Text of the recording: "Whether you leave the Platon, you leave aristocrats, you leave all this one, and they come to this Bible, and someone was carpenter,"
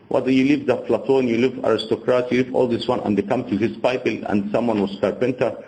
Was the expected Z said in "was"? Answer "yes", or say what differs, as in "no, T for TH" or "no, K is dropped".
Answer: no, S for Z